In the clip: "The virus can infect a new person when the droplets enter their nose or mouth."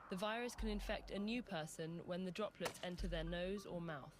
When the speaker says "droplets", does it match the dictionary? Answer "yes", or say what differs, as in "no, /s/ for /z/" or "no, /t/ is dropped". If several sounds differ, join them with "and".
yes